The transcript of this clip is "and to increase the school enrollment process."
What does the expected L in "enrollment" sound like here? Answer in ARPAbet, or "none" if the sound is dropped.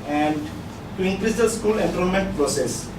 N